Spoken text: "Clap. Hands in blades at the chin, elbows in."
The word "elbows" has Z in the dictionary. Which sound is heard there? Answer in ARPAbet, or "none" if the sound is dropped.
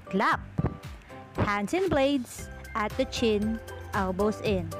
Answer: S